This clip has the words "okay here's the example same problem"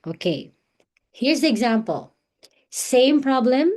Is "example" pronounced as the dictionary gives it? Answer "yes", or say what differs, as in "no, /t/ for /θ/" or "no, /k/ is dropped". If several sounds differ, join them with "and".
yes